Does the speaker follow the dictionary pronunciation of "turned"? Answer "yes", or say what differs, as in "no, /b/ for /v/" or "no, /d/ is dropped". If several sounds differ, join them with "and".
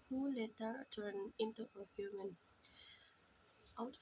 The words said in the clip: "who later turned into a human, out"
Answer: no, /d/ is dropped